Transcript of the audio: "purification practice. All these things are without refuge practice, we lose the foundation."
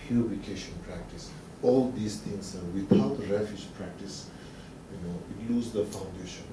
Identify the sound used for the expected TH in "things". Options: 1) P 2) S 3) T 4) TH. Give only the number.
3